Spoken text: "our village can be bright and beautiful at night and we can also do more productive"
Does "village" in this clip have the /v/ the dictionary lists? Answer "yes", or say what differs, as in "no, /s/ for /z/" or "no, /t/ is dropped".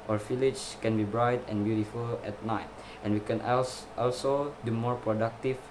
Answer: no, /f/ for /v/